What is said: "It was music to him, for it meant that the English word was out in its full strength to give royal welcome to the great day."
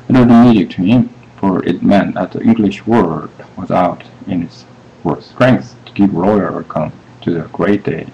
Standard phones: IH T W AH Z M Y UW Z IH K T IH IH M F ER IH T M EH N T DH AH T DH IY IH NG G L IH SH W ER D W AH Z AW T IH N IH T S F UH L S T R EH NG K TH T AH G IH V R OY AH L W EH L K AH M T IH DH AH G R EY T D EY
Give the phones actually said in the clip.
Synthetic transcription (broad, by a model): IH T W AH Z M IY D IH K T IH IH M F ER IH T M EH N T DH AH T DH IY IH NG G L IH SH W ER D W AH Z AW T IH N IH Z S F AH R S T R EH NG K TH T AH G IH V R OY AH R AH K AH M T IH DH AH G R EY T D EY